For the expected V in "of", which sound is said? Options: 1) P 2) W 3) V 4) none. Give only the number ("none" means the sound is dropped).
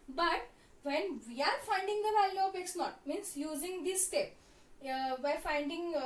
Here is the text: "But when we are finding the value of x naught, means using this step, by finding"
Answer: 1